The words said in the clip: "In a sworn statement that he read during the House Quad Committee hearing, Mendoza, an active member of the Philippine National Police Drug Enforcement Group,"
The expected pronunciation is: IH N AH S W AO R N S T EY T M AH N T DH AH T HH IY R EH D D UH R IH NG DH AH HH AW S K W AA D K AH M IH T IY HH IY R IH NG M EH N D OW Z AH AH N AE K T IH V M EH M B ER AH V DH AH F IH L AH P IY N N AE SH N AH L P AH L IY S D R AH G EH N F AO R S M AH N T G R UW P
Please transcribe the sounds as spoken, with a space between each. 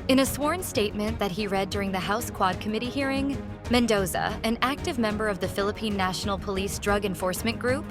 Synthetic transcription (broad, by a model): IH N AH S W AO R N S T EY T M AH N DH AH T HH IY R EH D D UH R IH NG DH AH HH AW S K W AA D K AH M IH T IY HH IY R IH NG M EH N D OW Z AH AH N AE K T IH V M EH M B ER AH V DH AH F IH L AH P IY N N AE SH N L P AH L IY S D R AH G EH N F AO R S M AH N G R UW P